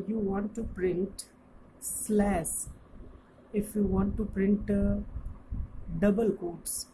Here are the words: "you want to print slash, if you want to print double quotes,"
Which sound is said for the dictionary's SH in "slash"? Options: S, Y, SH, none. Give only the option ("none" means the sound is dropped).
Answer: S